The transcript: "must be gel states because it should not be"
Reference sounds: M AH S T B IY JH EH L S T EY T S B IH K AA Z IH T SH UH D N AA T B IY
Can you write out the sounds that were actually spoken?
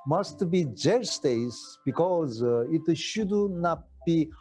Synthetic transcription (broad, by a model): M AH S T B IY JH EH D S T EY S B IH K AA Z IH T SH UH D N AA T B IY